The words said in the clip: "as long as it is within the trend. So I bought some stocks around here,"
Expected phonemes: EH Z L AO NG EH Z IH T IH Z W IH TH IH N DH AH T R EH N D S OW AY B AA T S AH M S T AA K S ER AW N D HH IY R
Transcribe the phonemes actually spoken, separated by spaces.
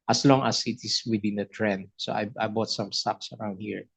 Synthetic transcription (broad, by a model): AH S L AO NG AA S IH T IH S W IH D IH N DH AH T R EH N D S OW AY B AA T S AH M S T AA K S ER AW N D HH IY R